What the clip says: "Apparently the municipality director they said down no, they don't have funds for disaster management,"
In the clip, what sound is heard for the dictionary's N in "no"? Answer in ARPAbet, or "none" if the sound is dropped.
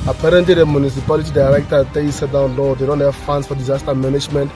L